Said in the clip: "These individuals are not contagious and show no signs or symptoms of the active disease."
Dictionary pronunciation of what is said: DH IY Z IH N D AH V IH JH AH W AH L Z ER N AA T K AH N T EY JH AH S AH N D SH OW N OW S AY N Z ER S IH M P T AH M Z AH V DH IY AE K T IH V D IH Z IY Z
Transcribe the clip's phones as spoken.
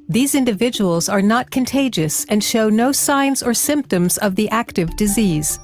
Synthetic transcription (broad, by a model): DH IY Z IH N D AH V IH JH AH W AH L Z ER N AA T K AH N T EY JH AH S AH N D SH OW N OW S AY N Z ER S IH M P T AH M Z AH V DH IY AE K T IH V D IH Z IY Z